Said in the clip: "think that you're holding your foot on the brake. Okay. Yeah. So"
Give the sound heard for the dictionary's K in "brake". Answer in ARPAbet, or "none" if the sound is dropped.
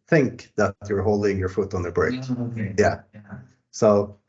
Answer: none